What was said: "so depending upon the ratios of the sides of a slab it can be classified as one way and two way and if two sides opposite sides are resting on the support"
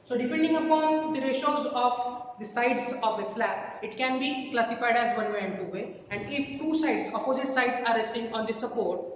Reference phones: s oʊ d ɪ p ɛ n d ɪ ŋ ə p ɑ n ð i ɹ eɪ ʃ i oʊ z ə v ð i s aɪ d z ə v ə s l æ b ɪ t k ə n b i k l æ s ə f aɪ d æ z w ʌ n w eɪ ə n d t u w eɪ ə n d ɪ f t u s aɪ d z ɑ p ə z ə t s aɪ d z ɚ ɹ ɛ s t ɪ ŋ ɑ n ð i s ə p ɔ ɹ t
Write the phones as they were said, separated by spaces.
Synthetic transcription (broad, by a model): s oʊ d ɪ p ɛ n d ɪ ŋ ə p ɑ n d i ɹ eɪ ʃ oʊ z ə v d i s aɪ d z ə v ə s l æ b ɪ t k ə n b i k l æ s ə f aɪ d æ z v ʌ n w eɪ ə n d t u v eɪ ə n d ɪ f t u s aɪ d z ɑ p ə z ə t s aɪ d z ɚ ɹ ɛ s t ɪ ŋ ɑ n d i s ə p ɔ ɹ t